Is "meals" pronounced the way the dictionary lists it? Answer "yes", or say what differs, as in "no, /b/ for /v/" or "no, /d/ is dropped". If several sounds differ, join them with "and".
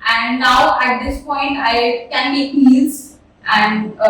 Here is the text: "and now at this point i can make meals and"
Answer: no, /l/ is dropped